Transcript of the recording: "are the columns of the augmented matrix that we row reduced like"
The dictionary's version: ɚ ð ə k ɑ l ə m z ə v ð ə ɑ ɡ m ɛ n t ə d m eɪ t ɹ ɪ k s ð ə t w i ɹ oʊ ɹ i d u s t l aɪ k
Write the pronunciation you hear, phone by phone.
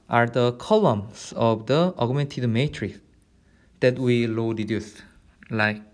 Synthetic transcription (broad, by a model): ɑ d ə k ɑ l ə m s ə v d ə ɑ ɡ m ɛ n t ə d m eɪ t ɹ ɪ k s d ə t w i l oʊ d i d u s l aɪ k